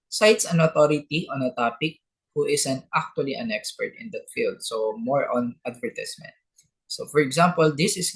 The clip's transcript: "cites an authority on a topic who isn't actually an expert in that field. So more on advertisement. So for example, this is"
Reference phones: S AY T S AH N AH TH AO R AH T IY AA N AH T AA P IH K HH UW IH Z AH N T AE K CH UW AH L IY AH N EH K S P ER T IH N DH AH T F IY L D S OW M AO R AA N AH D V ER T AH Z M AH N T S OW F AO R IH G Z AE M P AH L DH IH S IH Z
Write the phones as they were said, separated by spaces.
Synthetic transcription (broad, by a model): S AY T S AH N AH T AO R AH T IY AA N AH T AA P IH K HH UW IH S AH N T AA K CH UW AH L IY AH N EH K S P ER T IH N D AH T F IY L D S OW M AO R AA N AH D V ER T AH S M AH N T S OW F AO R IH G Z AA M P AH L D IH S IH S